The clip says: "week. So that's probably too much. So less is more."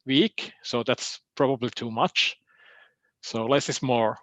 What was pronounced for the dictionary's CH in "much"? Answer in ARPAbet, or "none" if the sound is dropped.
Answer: CH